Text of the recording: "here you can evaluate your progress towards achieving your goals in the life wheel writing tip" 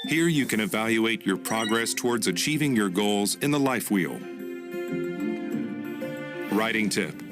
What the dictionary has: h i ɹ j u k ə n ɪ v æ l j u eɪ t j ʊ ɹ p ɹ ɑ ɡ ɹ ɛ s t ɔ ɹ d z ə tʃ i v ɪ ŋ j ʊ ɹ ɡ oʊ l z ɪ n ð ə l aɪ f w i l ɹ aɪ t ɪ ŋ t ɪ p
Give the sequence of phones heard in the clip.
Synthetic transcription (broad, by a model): h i ɹ j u k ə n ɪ v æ l j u eɪ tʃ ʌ ɹ p ɹ ɑ ɡ ɹ ɛ s t ɔ ɹ d z ə tʃ i v ɪ ŋ j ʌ ɹ ɡ oʊ l z ɪ n ð ə l aɪ f w i l ɹ aɪ t ɪ ŋ t ɪ p